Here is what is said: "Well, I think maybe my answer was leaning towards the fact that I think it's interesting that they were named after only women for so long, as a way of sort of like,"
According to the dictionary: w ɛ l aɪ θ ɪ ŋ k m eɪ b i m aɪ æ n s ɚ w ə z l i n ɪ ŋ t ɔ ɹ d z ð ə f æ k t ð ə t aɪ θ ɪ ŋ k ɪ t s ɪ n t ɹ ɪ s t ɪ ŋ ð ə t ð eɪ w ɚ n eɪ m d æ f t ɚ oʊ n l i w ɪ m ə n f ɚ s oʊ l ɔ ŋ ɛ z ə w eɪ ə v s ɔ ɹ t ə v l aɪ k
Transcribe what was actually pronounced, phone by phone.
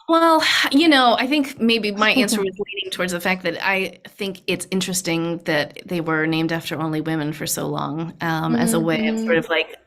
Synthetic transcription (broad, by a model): w ɛ l aɪ θ ɪ ŋ k m eɪ b i m aɪ æ n s ɚ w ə z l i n ɪ ŋ t ɔ ɹ d z ð ə f æ k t ð ə t aɪ θ ɪ ŋ k ɪ t s ɪ n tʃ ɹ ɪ s t ɪ ŋ ð ə t ð eɪ w ɚ n eɪ m d æ f t ɚ oʊ n l i w ɪ m ə n f ɚ s oʊ l ɔ ŋ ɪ z ə w eɪ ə s ɔ ɹ t ə v l aɪ k